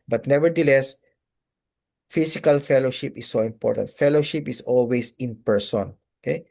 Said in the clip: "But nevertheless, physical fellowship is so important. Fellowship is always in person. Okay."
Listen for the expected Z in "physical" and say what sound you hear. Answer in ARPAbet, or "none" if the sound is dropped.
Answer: S